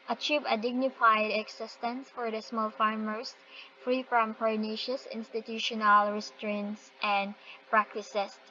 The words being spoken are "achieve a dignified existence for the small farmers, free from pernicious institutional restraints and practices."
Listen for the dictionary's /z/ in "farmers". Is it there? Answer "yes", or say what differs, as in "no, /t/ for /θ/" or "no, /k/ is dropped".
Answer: no, /s/ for /z/